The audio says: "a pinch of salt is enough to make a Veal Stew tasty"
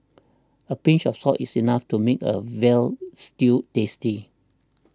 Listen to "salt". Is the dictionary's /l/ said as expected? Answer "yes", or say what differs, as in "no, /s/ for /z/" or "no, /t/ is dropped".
no, /l/ is dropped